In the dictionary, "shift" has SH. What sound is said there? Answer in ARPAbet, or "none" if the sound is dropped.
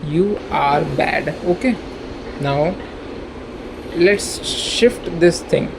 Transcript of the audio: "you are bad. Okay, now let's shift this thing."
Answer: SH